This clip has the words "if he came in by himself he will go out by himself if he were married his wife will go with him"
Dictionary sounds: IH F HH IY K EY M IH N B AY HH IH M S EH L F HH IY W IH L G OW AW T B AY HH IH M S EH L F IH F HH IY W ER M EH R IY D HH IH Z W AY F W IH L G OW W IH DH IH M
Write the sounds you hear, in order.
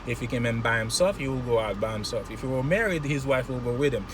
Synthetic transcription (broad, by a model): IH F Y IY K EY M IH N B AY HH IH M S EH L F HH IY W IH L G OW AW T B AY HH IH M S EH L F IH F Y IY W ER M EH R IY D HH IH Z W AY F W IH L G OW W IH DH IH M